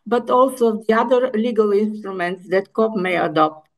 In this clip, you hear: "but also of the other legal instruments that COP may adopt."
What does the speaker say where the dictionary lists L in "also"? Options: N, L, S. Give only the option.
L